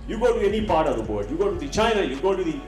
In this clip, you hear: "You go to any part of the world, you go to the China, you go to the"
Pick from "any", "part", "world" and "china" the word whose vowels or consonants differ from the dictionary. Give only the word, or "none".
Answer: world